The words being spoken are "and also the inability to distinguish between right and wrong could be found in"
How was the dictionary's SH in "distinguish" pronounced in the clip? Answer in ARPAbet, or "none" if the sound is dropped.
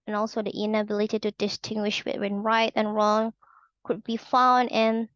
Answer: SH